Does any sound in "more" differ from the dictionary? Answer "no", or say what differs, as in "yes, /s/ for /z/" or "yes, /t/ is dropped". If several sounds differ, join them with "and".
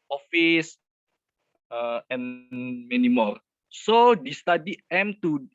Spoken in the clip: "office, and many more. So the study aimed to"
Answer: yes, /l/ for /ɹ/